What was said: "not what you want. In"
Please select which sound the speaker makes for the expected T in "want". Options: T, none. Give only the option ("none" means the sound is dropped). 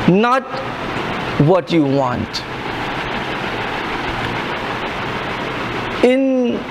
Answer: T